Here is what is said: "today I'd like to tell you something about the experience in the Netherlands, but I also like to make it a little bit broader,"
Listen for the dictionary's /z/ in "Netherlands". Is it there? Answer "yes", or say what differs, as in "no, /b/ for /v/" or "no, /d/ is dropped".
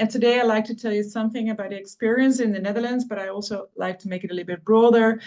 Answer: yes